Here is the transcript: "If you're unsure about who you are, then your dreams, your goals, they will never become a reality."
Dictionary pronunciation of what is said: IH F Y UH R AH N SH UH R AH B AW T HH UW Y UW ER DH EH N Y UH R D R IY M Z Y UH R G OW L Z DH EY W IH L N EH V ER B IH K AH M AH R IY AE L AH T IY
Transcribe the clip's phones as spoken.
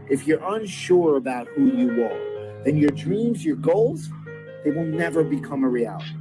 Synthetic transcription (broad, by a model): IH F Y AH R AH N SH UH R AH B AW T HH UW Y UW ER DH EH N Y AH R D R IY M Z Y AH R G OW L Z DH EY W IH L N EH V ER B IH K AH M AH R IY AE L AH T IY